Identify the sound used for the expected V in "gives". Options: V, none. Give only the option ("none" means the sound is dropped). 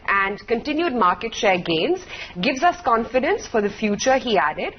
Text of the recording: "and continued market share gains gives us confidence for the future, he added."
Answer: V